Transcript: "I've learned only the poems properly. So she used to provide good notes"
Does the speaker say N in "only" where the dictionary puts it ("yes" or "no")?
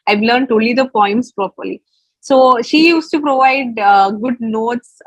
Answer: no